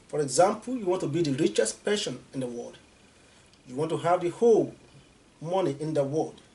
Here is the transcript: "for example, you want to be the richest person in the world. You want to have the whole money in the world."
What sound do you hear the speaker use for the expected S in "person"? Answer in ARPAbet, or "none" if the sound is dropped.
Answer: SH